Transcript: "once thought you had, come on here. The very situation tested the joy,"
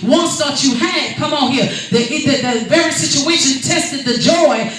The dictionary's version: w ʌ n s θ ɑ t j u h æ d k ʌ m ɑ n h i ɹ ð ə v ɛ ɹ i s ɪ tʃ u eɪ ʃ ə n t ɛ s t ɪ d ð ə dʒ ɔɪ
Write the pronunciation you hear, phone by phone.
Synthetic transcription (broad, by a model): w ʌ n s t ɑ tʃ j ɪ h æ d k ʌ m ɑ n h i ɹ ð ə v ɛ ɹ i s ɪ tʃ u eɪ ʃ ə n t ɛ s t ɪ d ð ə dʒ ɔɪ